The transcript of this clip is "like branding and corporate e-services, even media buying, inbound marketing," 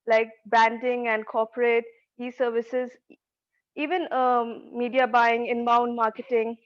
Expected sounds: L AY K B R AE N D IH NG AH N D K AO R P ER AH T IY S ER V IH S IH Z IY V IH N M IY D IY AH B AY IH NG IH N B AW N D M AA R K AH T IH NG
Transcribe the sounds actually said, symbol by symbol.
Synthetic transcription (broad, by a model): L AY K B AE N D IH NG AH N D K AO P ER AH T IY S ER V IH S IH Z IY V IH N M IY D IY AH B AY IH NG IH N B AW N D M AA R K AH T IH NG